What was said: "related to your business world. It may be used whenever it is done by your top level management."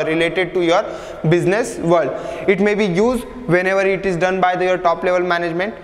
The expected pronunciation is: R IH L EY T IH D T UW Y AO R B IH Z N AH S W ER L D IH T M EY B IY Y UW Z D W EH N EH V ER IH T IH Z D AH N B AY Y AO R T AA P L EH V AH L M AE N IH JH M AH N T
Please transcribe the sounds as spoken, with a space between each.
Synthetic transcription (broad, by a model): R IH L EY T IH D T UW Y AO R B IH Z N AH S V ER D IH T M EY B IY Y UW Z D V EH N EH V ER IH T IH Z D AH N B AY Y AO R T AA P L EH V AH L M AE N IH JH M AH N T